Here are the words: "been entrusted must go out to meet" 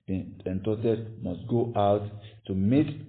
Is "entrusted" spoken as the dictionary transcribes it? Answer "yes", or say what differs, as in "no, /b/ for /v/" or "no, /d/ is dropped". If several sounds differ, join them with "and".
no, /ɹ/ is dropped and /s/ is dropped